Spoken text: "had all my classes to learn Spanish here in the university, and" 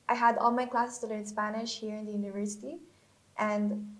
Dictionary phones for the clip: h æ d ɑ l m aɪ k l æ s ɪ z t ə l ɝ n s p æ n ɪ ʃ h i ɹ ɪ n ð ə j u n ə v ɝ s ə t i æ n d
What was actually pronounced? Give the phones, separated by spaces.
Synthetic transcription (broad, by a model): h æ d ɑ l m aɪ k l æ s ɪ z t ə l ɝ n s p æ n ɪ ʃ h i ɹ ɪ n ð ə j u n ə v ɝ s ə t i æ n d